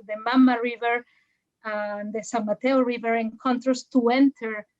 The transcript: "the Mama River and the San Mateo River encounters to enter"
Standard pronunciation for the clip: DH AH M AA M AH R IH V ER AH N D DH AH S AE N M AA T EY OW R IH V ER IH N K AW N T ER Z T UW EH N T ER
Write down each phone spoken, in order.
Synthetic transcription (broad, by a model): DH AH M AA M AH R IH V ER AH N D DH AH S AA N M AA T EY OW R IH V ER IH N K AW N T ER S T UW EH N T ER